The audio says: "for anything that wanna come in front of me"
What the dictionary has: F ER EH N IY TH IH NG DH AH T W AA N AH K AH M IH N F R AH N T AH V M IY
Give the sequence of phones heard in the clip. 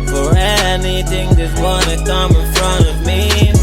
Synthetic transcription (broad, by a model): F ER EH N IY TH IH NG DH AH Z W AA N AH K AH M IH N F R AH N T AH V M IY